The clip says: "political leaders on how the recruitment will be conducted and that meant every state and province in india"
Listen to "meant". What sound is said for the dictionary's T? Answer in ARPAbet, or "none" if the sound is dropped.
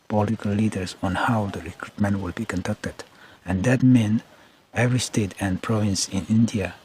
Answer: none